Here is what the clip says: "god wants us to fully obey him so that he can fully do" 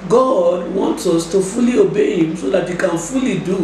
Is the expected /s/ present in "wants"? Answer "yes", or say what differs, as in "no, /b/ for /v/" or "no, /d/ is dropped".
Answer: yes